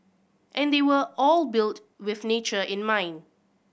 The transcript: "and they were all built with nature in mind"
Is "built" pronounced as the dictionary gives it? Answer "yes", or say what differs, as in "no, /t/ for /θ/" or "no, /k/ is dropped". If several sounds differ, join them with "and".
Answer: yes